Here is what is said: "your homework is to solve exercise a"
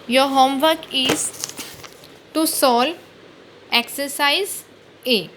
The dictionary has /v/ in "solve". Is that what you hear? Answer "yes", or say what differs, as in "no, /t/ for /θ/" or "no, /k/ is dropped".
no, /v/ is dropped